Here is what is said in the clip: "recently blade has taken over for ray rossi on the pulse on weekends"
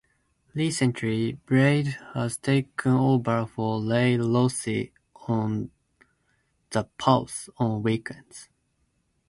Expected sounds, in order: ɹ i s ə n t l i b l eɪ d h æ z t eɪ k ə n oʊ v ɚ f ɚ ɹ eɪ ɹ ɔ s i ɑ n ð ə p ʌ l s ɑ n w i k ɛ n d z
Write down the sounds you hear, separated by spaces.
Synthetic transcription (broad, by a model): l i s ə n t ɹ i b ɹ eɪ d h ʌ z t eɪ k ə n oʊ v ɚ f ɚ l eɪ l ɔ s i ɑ n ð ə p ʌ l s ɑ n w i k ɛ n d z